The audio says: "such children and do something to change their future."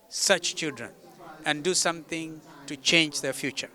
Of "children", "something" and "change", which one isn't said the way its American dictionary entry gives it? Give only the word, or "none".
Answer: something